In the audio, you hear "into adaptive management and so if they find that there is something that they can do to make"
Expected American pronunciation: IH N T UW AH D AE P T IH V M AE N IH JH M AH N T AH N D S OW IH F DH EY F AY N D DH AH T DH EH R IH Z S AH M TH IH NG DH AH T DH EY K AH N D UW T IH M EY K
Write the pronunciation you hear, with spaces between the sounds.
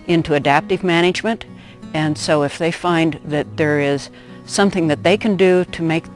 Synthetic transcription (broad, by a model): IH N T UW AH D AE P T IH V M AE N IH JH M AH N T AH N S OW IH F DH EY F AY N DH AH T DH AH R IH Z S AH M TH IH NG DH AH T DH EY K AH N D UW T IH M EY K